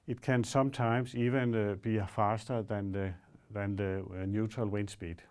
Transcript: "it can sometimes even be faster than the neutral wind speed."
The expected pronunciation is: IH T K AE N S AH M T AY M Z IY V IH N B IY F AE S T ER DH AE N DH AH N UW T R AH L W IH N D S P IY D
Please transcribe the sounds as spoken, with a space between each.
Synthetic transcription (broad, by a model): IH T K AE N S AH M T AY M S IY V IH N B IY F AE S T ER DH AE N DH AH N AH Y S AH L W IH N S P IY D